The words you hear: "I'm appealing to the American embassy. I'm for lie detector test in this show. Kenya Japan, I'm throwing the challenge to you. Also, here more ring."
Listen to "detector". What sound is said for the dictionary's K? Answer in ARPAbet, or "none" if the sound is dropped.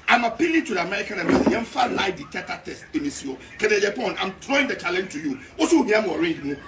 none